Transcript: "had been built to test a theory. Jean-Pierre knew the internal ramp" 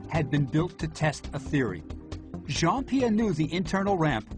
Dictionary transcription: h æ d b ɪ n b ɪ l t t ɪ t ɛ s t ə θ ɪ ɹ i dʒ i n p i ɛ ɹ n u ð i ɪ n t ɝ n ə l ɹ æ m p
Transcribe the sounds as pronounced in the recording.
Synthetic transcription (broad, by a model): h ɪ d b ɪ n b ɪ l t t ɪ t ɛ s t ə θ ɪ ɹ i ʒ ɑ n p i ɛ n u ð i ɪ n t ɝ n l ɹ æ m p